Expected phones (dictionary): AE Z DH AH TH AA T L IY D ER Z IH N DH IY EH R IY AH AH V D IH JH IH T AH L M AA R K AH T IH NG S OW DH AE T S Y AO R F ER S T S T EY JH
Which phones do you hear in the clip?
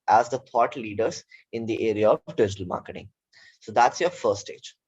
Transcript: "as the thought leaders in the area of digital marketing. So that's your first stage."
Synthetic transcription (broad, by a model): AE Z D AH T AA T L IY D ER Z IH N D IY EH R IY AH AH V D IH JH IH T AH L M AA R K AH T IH NG S OW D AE T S Y AO R F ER T S T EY JH